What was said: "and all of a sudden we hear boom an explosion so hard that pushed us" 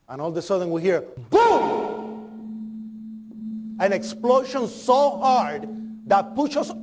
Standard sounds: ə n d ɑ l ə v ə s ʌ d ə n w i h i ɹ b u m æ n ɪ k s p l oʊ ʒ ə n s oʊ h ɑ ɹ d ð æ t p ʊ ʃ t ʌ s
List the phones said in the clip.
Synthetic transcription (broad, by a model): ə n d ɑ l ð ə s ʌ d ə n w i h i ɹ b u æ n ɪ k s p l oʊ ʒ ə n s oʊ h ɑ ɹ d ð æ t p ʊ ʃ ʌ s